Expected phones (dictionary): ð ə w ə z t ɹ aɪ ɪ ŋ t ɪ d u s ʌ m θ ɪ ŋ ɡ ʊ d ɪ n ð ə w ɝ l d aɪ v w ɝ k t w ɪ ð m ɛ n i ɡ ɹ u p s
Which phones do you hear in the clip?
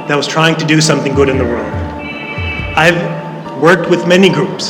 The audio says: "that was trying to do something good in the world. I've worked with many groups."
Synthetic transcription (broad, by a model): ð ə w ə z t ɹ aɪ ɪ ŋ t ɪ d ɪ s ʌ m θ ɪ ŋ ɡ ʊ d ɪ n ð ə w ɝ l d aɪ v w ɝ k t w ɪ ð m ɛ n i ɡ ɹ u p s